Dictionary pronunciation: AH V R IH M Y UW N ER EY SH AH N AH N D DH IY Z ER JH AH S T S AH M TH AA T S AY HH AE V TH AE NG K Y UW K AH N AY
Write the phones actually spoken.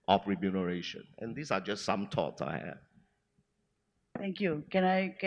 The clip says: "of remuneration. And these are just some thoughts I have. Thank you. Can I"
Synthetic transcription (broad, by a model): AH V R IH M Y UW N ER EY SH AH N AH N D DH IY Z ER JH AH S T S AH M T AA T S AY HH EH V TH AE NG K Y UW K AH N AY